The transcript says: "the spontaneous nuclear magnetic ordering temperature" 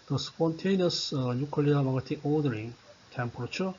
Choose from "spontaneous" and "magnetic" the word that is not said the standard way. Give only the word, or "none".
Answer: magnetic